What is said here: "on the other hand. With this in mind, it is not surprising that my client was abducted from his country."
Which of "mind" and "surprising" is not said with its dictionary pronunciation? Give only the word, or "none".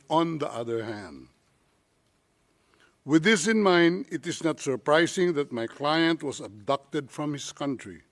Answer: surprising